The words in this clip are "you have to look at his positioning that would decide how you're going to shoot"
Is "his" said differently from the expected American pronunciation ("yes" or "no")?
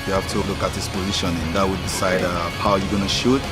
yes